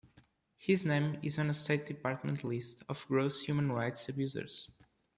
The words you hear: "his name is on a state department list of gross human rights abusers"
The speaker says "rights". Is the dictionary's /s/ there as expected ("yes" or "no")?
yes